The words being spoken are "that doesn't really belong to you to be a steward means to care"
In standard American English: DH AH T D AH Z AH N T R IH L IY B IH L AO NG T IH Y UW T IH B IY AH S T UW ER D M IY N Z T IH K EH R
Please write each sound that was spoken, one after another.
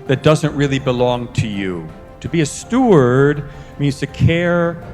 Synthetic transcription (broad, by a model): DH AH T D AH Z AH N T R IH L IY B IH L AO NG T IH Y UW T IH B IY AH S T UW ER D M IY N Z T IH K EH R